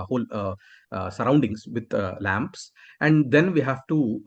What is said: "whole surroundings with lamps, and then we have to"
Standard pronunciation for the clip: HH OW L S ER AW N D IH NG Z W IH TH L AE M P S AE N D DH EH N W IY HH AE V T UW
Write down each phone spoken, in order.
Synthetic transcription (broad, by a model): HH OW L S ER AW N D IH NG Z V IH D L AE M P S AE N D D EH N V IY HH AE V T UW